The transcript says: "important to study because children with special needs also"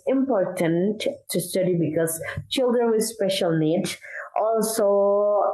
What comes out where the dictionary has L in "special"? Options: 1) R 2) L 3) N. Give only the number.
2